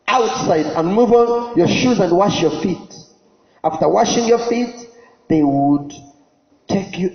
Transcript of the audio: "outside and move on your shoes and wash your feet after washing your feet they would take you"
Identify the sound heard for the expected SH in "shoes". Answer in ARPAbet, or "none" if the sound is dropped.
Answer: SH